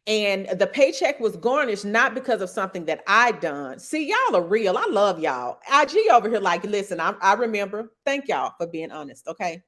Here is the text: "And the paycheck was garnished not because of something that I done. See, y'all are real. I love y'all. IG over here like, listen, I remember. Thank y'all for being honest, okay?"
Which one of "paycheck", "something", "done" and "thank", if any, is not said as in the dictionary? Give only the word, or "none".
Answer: none